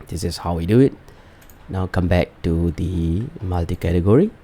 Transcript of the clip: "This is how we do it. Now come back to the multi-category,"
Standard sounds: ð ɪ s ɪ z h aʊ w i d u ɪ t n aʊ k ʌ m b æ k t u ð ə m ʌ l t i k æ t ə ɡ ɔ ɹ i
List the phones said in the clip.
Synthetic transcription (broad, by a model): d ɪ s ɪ s h aʊ w i d u ɪ t n aʊ k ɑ m b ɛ k t u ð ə m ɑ l t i k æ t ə ɡ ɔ ɹ i